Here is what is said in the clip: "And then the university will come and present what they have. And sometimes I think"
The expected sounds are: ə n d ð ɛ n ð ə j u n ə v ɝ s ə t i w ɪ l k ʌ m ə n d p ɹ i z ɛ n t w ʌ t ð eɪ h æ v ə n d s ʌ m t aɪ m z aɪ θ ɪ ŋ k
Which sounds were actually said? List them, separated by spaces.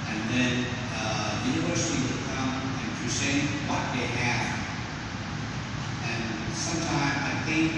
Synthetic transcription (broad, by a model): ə n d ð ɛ n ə j u n ə v ɝ s ə t i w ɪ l k ʌ m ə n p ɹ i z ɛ w ʌ t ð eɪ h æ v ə n s ʌ m t aɪ m z aɪ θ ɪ ŋ k